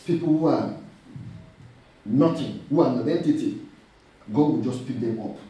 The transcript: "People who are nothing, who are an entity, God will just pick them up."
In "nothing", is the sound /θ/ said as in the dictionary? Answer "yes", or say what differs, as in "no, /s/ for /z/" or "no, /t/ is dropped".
no, /t/ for /θ/